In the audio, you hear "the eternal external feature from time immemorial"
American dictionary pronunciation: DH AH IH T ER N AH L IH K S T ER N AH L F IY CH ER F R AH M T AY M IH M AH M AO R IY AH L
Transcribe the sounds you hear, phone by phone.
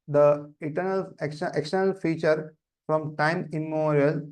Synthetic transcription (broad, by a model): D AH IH T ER N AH L IH K S T ER N AH L F IY CH ER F R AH M T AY IH M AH M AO R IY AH L